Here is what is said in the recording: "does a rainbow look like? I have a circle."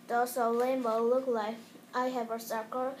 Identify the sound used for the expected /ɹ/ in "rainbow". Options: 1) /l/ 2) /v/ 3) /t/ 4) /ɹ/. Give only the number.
1